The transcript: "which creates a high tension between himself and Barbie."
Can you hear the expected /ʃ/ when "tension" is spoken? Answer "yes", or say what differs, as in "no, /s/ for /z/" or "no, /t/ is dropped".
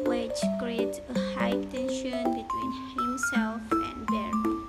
yes